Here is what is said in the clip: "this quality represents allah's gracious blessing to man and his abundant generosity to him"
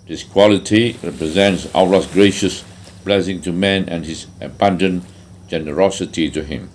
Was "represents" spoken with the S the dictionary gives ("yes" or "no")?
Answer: yes